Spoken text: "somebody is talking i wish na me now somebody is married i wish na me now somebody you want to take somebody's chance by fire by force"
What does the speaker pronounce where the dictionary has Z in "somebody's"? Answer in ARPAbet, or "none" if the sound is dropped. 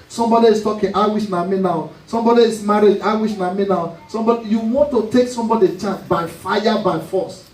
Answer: none